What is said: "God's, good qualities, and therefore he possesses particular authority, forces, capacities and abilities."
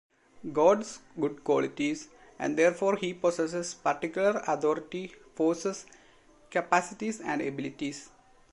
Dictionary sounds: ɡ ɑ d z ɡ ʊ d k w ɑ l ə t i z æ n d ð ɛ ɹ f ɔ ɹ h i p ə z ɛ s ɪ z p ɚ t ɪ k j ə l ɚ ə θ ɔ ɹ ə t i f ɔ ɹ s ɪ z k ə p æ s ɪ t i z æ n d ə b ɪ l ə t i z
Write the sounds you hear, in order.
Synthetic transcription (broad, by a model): ɡ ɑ d s ɡ ʊ d k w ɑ l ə t i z æ n d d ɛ ɹ f ɔ ɹ h i p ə s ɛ s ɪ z p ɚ t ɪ k j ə l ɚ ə t ɔ ɹ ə t i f ɔ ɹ s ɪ s k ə p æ s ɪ t i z æ n d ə b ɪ l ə t i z